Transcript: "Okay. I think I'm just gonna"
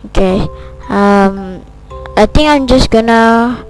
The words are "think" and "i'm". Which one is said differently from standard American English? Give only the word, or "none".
think